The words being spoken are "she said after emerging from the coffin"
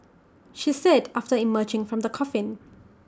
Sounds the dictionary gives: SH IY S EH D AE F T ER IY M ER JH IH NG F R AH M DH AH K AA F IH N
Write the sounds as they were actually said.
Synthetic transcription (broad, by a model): SH IY S EH D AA F T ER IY M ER JH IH NG F R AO M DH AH K AA F IH N